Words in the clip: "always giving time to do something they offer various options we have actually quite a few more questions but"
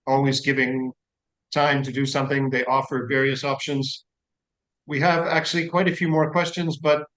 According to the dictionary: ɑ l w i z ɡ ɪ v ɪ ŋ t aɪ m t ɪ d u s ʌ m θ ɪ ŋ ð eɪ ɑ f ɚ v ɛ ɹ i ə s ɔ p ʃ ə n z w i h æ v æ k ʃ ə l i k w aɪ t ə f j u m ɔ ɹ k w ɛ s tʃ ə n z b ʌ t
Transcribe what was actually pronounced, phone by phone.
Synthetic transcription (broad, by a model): ɑ l w i z ɡ ɪ v ɪ ŋ t aɪ m t ɪ d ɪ s ʌ m θ ɪ ŋ ð eɪ ɑ f ɚ v ɛ ɹ i ə s ɔ p ʃ ə n z w i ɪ v æ k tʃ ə l i k w aɪ t ə f j u m ɔ ɹ k w ɛ s tʃ ə n z b ʌ t